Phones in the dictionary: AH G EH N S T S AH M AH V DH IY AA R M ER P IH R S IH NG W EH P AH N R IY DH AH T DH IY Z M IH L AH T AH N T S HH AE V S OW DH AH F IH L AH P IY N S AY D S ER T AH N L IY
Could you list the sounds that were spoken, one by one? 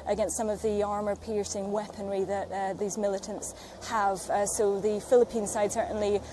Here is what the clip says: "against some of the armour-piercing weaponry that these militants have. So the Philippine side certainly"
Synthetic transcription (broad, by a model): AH G EH N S T S AH M AH V DH IY AA R M ER P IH R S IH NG W EH P AH N R IY DH AH T DH IY Z M IH L AH T AH N T S HH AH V S OW DH AH F IH L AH P IY N S AY D S ER T N L IY